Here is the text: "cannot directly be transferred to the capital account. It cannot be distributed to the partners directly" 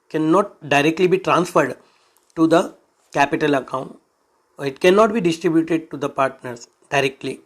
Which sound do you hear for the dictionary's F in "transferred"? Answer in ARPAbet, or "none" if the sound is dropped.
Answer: F